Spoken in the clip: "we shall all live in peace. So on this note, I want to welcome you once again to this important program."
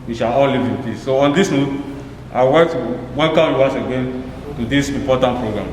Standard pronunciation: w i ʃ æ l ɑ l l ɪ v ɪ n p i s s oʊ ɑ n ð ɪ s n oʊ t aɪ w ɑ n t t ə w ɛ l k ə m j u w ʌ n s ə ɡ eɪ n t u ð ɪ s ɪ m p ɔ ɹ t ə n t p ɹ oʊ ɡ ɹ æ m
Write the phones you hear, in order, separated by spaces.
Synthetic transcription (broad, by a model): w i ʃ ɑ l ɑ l l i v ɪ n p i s s oʊ ɑ n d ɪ s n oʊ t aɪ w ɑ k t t w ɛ n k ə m j u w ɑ s ə ɡ eɪ n t u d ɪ s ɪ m p ɔ t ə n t p ɹ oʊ ɡ ɹ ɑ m